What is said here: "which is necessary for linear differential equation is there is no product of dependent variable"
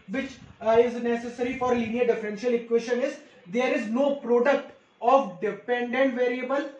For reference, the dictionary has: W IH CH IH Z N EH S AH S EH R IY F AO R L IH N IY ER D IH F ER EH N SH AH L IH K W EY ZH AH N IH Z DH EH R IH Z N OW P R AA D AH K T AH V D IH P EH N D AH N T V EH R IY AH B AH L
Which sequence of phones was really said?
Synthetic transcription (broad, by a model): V IH CH IH Z N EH S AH S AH R IY F AO R L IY N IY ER D IH F ER EH N SH AH L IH K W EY SH AH N IH Z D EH R IH Z N OW P R AA D AH K T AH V D IH P EH N D AH N T V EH R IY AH B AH L